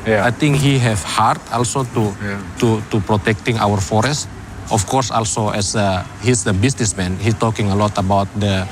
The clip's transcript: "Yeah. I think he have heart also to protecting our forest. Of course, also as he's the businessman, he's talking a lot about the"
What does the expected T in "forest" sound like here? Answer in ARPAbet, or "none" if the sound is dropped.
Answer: T